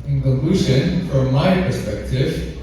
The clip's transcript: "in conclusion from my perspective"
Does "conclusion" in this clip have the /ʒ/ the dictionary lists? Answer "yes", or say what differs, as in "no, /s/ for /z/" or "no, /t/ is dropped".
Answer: no, /ʃ/ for /ʒ/